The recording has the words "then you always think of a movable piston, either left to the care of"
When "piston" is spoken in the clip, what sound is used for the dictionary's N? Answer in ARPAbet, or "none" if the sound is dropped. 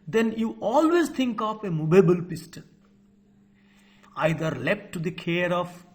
L